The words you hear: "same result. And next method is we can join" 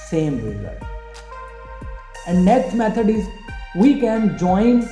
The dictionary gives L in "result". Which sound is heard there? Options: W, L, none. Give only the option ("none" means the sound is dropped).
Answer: none